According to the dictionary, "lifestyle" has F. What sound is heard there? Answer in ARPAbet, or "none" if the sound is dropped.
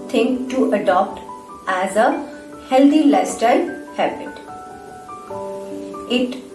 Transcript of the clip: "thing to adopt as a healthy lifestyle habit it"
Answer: none